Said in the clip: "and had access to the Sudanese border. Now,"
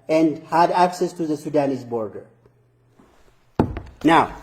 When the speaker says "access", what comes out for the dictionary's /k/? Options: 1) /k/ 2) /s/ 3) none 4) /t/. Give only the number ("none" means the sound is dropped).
1